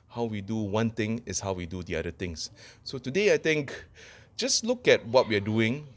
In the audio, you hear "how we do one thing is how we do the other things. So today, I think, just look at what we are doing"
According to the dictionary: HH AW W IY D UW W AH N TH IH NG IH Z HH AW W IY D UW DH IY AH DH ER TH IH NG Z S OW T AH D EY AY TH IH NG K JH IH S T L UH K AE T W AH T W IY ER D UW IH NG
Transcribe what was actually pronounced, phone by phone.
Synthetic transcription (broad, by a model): HH AW W IY D UW W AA N T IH NG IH S HH AW W IY D UW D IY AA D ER T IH NG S S OW T AH D EY AY T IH NG K JH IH S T L UH K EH T W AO T W IY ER D UW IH NG